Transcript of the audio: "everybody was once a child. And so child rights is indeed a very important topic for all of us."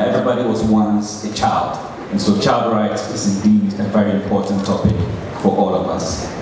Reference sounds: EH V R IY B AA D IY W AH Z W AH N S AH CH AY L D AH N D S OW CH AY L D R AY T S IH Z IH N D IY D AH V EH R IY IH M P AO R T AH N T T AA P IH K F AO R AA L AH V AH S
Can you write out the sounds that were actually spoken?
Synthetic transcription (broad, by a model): EH V R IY B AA D IY W AH Z W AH N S AH CH AY L D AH N S OW CH AY L D R AY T IH Z IH N D IY D AH V EH R IY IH M P AO R T N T T AA P IH K F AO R AA L AH V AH S